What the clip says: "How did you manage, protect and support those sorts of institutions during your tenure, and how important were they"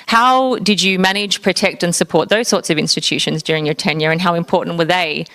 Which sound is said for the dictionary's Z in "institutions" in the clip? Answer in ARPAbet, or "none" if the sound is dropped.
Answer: Z